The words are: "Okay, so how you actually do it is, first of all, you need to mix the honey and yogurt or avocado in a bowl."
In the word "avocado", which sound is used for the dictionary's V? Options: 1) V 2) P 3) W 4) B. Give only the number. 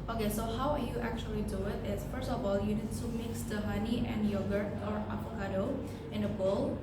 2